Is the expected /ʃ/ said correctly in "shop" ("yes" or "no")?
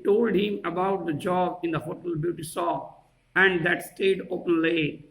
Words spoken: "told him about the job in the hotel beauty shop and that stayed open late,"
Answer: no